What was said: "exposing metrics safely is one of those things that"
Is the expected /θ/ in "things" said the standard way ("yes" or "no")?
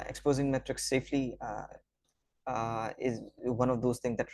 no